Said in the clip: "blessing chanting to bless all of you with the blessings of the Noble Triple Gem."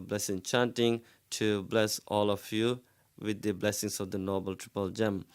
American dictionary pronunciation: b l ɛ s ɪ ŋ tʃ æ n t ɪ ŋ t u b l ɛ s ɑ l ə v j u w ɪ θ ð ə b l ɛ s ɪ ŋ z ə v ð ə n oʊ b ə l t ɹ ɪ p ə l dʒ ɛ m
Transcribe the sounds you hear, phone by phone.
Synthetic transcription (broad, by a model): b l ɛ s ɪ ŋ tʃ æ n t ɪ ŋ t u b l ɛ s ɑ l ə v j u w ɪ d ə b l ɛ s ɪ ŋ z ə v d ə n oʊ b ə l t ɹ ɪ p ə l dʒ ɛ m